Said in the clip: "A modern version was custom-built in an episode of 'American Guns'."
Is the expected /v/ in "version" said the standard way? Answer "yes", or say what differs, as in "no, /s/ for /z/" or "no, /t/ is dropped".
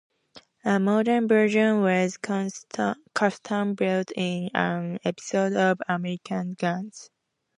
no, /b/ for /v/